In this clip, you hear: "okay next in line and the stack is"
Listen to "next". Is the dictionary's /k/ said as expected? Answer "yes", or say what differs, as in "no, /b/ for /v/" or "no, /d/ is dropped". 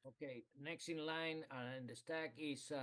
yes